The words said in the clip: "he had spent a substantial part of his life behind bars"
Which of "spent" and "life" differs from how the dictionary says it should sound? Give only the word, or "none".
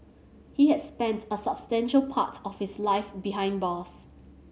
none